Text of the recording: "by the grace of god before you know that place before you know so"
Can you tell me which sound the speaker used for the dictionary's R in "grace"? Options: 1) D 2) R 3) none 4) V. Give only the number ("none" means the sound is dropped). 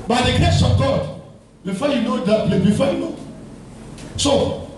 3